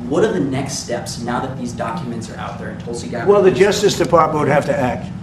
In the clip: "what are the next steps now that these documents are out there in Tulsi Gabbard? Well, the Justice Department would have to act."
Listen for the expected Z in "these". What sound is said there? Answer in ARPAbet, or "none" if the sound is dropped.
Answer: Z